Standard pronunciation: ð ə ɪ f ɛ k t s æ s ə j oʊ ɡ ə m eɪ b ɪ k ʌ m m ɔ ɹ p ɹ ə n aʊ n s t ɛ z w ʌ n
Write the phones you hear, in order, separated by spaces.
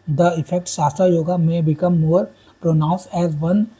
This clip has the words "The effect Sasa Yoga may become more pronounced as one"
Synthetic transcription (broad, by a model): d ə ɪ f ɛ k t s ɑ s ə j oʊ ɡ ə m eɪ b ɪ k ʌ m m ɔ ɹ p ɹ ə n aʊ n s ɛ z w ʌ n